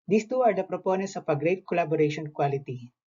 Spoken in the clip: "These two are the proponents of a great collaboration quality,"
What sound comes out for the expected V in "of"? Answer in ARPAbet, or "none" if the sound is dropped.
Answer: P